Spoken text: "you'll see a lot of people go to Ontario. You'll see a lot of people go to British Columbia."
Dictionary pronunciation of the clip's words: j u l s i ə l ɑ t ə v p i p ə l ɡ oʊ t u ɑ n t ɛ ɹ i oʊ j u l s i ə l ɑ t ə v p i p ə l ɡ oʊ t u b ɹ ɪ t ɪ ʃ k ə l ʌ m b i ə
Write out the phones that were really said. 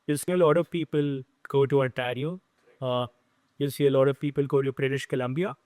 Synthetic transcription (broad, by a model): j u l s i ə l ɑ t ə v p i p ə l ɡ oʊ t u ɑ t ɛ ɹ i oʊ j u l s i ə l ɑ t ə v p i p ə l ɡ oʊ t u b ɹ ɪ t ɪ ʃ k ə l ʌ m b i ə